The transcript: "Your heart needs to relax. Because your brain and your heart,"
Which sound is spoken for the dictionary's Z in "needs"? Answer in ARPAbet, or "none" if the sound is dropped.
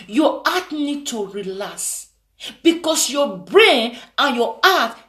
none